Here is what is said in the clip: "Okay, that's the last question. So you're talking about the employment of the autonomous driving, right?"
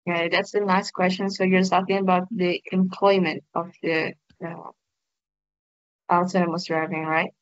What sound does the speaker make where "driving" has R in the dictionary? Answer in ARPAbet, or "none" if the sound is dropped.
R